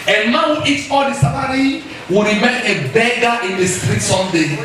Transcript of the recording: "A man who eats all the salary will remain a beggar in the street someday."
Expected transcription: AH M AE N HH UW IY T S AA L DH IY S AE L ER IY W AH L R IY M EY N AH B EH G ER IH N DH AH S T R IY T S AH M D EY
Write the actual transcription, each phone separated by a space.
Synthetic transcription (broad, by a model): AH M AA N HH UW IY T AA L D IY S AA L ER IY W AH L R IY M EY N AH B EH G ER IH N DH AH S T R IY T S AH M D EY